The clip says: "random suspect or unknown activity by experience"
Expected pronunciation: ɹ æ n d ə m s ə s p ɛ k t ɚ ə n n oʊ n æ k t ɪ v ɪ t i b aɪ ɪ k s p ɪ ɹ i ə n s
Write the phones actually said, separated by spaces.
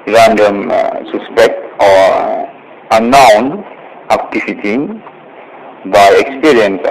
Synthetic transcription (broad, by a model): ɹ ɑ n d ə m s ə s p ɛ k t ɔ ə n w n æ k t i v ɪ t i b aɪ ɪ k s p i ɹ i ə n s